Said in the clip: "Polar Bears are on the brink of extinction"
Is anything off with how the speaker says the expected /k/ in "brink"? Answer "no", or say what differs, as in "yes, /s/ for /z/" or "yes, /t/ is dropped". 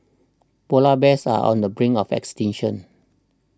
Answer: yes, /k/ is dropped